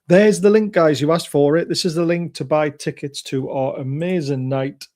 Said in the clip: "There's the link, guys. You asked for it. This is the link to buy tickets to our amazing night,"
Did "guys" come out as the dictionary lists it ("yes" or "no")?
yes